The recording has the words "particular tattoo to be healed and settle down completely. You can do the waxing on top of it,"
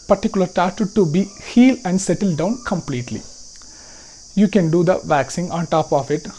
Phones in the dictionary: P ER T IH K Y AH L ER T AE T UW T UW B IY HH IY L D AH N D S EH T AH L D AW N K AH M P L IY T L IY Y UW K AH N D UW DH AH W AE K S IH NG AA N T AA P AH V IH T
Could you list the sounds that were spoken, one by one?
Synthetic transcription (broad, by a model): P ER T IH K Y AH L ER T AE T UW T UW B IY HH IY L AH N D S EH T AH L D AW N K AH M P L IY T L IY Y UW K AH N D UW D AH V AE K S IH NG AA N T AA P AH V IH T